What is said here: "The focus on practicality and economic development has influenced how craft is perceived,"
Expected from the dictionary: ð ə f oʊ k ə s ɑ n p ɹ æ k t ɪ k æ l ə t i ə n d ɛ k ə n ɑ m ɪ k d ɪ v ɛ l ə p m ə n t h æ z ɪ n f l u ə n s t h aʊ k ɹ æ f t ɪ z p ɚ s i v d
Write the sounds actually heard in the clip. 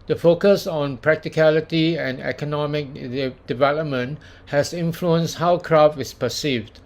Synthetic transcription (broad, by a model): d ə f oʊ k ə s ɑ n p ɹ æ k t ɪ k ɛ l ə t i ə n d ɛ k ə n ɑ m ɪ k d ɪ v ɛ l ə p m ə n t h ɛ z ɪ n f l u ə n s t h aʊ k ɹ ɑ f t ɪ s p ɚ s i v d